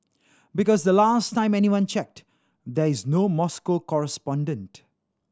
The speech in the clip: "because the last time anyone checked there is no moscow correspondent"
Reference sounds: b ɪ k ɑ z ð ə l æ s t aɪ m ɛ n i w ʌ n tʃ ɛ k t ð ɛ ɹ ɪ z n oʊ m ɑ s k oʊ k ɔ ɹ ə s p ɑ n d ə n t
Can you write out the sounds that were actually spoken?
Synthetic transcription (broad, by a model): b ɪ k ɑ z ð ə l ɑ s t aɪ m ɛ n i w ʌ n tʃ ɛ k t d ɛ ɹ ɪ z n oʊ m ɑ s k oʊ k ɔ ɹ ə s p ɑ n d ə n t